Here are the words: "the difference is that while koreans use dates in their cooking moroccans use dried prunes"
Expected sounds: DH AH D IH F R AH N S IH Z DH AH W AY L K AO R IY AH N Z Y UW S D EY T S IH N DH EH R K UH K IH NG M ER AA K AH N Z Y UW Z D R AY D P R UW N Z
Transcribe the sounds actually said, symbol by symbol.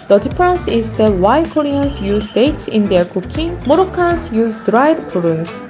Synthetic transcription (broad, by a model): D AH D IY P R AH N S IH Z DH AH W AY K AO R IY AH N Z Y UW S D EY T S IH N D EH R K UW K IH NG M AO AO K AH N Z Y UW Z D R AY D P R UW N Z